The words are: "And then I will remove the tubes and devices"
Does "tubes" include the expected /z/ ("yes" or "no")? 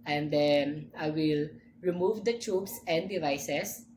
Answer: no